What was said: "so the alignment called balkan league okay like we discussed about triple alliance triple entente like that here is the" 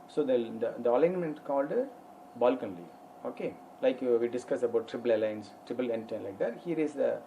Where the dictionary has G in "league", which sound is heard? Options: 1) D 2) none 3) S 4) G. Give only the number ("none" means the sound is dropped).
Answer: 2